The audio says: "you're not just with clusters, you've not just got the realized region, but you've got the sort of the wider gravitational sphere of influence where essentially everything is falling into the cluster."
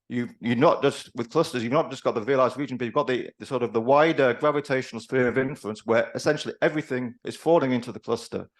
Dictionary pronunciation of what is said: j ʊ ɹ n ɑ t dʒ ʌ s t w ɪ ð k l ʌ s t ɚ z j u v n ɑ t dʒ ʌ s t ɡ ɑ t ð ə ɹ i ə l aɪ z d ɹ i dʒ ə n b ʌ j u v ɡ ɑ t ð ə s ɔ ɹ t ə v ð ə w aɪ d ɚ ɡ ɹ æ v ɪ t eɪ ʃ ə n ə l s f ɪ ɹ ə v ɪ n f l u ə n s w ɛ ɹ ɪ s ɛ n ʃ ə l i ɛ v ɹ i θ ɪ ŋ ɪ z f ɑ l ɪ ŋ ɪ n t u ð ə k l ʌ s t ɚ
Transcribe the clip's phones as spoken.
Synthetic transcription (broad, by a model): j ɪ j n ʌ t dʒ ʌ s t w ɪ ð k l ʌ s t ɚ z j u v n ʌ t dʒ ʌ s ɡ ɑ t ð ə ɹ i ə l aɪ z d ɹ i dʒ ə n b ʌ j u v ɡ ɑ t ð ə s ɔ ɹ t ə v ð ə w aɪ d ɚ ɡ ɹ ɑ v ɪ t eɪ ʃ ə n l s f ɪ ɹ ə v ɪ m f l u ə n s w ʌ ɹ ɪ s ɛ n ʃ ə l i ɛ v ɹ i θ ɪ ŋ ɪ z f ɑ l ɪ ŋ ɪ n t u ð ə k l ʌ s t ɚ